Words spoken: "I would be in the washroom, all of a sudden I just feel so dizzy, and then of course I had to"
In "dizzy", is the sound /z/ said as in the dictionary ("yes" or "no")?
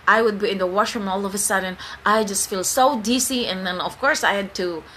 no